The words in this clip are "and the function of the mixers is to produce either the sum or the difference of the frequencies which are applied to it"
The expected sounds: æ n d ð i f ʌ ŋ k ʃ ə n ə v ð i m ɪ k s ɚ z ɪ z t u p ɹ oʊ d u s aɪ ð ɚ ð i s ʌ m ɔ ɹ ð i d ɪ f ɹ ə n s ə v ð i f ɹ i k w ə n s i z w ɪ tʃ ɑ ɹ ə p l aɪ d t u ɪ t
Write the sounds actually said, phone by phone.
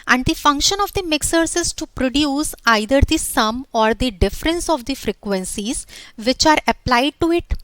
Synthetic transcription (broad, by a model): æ n d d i f ʌ ŋ k ʃ ə n ə v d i m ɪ k s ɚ s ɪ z t u p ɹ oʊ d u s aɪ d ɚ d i s ʌ m ɔ ɹ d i d ɪ f ɹ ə n s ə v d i f ɹ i k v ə n s i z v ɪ tʃ ɑ ɹ ə p l aɪ d t u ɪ t